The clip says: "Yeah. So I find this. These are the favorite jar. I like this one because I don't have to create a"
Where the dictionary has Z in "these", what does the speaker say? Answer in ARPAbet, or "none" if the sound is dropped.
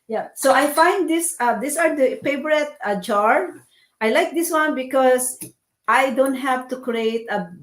S